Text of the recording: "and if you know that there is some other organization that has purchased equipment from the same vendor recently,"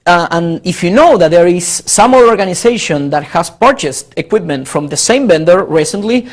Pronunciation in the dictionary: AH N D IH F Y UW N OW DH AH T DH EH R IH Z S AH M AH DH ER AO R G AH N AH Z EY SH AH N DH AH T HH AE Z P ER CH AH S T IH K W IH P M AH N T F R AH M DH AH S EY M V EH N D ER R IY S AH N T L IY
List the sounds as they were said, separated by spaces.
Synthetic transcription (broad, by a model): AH N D IH F Y UW N OW DH AH T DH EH R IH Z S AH M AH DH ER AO R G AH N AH S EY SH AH N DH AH T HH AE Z P ER CH AH S T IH K W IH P M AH N T F R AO M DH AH S EY M B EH N D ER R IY S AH N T L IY